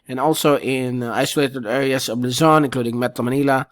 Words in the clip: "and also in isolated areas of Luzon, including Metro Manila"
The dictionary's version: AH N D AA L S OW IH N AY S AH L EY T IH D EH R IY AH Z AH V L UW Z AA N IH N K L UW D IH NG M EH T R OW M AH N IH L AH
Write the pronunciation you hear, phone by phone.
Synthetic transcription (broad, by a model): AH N AA L S OW IH N AY S AH L EY T IH D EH R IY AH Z AH V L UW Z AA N IH N K L UW D IH NG M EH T L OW M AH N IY L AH